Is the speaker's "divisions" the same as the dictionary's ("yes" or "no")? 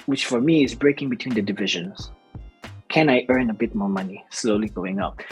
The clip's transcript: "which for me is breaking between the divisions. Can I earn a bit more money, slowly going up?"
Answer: yes